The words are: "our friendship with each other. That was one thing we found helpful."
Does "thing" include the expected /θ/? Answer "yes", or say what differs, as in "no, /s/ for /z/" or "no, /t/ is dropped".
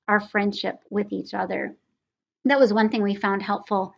yes